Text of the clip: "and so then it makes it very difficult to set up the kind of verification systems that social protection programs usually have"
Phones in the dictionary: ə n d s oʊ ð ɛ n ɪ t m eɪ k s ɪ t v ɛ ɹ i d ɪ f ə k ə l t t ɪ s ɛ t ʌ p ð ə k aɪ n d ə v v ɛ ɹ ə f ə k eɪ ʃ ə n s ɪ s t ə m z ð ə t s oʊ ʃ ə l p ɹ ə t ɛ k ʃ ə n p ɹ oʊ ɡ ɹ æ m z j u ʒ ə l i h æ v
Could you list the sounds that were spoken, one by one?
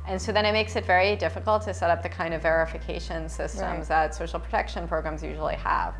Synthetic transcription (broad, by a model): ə n s oʊ ð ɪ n ɪ t m eɪ k s ɪ t v ɛ ɹ i d ɪ f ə k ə l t t ɪ s ɛ t ʌ p ð ə k aɪ n d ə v v ɛ ɹ ə f ə k eɪ ʃ ə n s ɪ s t ə m z ð ə t s oʊ ʃ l p ɹ ə t ɛ k ʃ ə n p ɹ oʊ ɡ ɹ æ m z j u ʒ l i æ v